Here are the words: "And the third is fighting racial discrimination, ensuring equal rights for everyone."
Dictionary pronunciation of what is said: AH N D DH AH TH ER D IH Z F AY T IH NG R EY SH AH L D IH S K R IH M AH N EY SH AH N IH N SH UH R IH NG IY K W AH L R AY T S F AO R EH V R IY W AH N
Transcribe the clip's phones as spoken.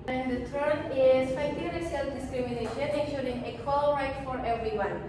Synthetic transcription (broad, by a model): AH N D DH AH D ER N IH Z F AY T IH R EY S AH L D IH S K R IH M AH N EY SH AH N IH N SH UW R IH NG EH K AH L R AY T F AO R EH V R IY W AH N